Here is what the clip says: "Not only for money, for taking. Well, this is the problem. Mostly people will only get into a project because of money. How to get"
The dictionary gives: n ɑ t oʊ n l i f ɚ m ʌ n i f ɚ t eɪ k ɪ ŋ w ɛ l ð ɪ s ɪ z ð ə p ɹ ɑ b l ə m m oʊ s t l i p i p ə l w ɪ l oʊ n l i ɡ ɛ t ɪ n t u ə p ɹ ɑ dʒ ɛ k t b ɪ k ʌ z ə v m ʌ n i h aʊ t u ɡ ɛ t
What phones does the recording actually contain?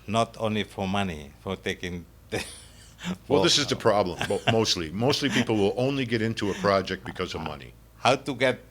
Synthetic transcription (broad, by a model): n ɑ t oʊ n l i f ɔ m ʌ n i f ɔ t eɪ k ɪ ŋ w ɛ l ð ɪ s ɪ z ð ə p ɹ ɑ b l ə m m oʊ s t l i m i p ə l w ɪ l oʊ n l i ɡ ɛ t ɪ n t u ə p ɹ ɑ dʒ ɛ k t b ɪ k ʌ z ə v m ʌ n i h aʊ t u ɡ ɛ t